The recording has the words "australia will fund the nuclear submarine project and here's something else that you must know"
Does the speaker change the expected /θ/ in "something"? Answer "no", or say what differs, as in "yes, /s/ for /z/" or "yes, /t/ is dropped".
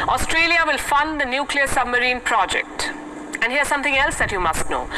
yes, /t/ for /θ/